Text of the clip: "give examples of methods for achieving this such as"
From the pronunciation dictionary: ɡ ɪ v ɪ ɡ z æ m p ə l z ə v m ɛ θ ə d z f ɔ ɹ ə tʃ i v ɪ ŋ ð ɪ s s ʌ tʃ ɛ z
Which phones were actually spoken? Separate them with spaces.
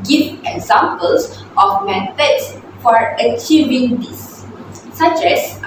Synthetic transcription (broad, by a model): ɡ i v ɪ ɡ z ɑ m p ə l s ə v m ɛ t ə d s f ɔ ɹ ə tʃ i v ɪ ŋ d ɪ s s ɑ tʃ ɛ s